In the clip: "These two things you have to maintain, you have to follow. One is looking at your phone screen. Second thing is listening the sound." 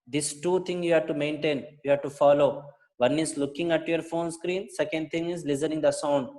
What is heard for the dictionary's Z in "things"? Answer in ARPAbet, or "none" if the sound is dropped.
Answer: none